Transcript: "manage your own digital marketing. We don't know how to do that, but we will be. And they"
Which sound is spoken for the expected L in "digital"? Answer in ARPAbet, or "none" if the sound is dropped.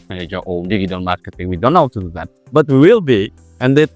N